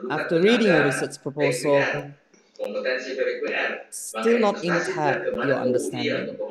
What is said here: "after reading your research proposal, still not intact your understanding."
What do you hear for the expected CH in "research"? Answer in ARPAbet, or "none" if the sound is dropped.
S